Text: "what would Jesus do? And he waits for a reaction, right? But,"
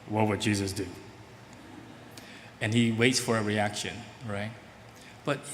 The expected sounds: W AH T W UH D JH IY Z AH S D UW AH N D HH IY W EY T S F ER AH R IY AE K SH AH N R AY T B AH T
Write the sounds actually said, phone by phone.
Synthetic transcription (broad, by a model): W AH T W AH D JH IY Z AH S D UW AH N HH IY W EY T S F ER AH R IY AE K SH AH N R AY T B AH T